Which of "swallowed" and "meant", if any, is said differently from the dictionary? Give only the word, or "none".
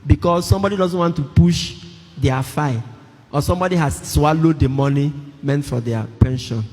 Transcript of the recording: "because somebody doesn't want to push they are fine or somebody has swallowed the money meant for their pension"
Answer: none